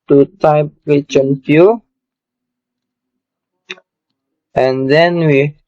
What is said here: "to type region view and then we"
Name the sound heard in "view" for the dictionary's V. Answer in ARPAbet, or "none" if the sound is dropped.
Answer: F